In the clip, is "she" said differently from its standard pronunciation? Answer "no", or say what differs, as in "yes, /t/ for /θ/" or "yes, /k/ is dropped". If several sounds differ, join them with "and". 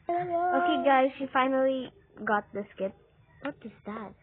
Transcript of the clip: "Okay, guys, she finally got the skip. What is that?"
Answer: no